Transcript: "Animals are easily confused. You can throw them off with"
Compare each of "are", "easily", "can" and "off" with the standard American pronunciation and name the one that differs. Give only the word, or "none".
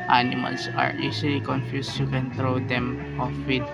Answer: easily